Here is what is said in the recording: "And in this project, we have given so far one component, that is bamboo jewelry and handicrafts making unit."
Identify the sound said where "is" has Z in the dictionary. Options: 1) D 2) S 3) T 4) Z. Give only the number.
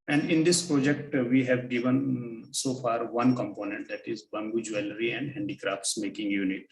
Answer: 4